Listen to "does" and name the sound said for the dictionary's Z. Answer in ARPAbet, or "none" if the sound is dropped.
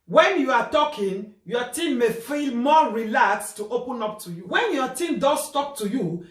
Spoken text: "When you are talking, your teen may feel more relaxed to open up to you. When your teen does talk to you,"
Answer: S